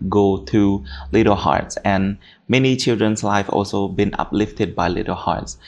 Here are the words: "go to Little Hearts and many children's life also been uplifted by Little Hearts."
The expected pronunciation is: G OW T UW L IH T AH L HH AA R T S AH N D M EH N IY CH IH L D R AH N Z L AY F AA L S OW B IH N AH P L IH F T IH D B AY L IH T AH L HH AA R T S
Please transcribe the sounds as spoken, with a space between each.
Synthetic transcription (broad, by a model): G OW T UW L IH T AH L HH AA R T S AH N M EH N IY CH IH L D R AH N S L AY F AA L S OW B IH N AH P L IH F T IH D B AY L IH T AH L HH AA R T S